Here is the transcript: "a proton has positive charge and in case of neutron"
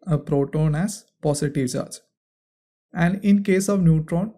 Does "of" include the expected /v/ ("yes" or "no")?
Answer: yes